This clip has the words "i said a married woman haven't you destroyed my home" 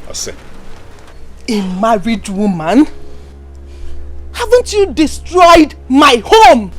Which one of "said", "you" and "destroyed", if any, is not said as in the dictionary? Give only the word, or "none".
said